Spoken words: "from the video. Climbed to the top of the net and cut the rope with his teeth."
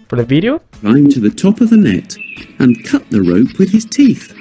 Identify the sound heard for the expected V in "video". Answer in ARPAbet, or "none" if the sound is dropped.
V